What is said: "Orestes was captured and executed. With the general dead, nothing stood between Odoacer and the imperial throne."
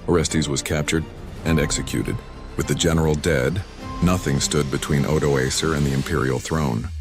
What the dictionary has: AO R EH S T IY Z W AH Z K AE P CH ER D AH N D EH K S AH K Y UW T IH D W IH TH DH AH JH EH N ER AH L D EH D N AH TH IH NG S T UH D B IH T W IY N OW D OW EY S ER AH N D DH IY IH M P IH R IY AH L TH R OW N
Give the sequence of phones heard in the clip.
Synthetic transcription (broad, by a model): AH R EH S T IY Z W AH Z K AE P CH ER D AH N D EH K S AH K Y UW T IH D W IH DH AH JH EH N ER L D EH D N AH TH IH NG S T UH D B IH T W IY N OW D OW EY S ER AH N DH IY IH M P IH R IY L TH R OW N